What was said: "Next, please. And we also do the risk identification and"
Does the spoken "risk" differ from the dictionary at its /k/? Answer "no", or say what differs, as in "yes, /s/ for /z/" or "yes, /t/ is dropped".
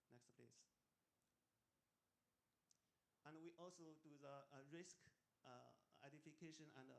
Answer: no